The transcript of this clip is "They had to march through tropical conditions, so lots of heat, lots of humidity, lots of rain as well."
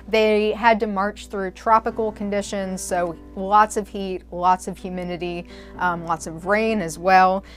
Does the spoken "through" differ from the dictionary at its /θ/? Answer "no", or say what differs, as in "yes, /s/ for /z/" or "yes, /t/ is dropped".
no